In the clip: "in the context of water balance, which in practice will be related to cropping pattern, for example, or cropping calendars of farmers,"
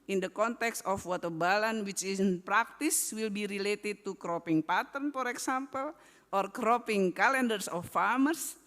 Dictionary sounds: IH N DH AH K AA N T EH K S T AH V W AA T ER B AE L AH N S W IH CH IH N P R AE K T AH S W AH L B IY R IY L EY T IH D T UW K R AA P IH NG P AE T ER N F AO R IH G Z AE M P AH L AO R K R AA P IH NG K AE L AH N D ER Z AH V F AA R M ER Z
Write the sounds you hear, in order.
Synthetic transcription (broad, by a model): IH N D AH K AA N T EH K S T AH F W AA T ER B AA L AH N W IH CH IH N P R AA K T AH S W AH L B IY R IY L EY T IH D T UW K R AA P IH NG P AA T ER N F AO R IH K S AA M P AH L AO R K R AA P IH NG K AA L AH N D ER S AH F AA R M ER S